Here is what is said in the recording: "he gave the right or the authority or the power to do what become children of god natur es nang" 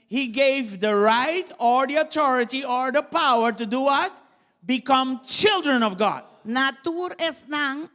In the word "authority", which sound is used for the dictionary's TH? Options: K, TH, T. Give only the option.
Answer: T